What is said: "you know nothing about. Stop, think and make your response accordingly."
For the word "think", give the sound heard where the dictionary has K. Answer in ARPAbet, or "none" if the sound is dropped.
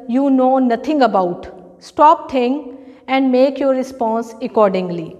none